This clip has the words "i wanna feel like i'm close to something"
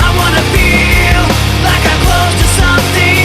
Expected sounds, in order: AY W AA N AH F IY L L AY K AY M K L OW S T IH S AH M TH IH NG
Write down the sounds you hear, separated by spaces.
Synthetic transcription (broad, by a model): AY W AA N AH F IY L L AY K AY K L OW T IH S AH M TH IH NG